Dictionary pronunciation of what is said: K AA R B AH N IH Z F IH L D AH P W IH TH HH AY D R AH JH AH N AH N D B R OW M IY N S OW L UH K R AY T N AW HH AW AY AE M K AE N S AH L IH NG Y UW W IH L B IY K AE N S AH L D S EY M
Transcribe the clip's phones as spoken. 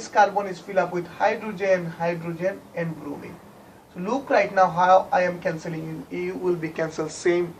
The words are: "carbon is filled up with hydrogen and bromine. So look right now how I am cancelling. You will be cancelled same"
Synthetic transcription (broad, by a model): K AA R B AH N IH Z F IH L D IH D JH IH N HH AY D R AH JH AH N AH N D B R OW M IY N S OW L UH K R AY T N AW HH AW AY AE M K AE N S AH L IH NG Y UW W IH L B IY K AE N S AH L S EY M